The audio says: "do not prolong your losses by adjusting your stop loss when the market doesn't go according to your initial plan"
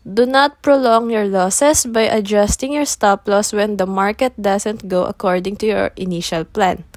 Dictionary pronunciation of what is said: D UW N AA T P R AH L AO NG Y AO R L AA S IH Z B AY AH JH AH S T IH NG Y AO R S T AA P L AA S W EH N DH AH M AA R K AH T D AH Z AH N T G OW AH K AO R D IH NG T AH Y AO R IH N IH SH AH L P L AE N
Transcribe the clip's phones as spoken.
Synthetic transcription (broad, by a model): D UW N AA T P R AH L AO NG Y AO R L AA S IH S B AY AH JH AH S T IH NG Y AO R S T AA P L AA S W EH N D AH M AA R K AH T D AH S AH N T G OW AH K AO R D IH NG T AH Y AO R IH N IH SH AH L P L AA N